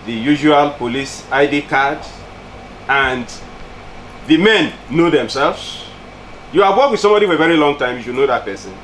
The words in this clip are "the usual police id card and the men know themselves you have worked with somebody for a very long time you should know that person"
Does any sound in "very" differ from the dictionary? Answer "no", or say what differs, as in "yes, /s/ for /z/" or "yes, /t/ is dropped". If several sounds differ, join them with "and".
no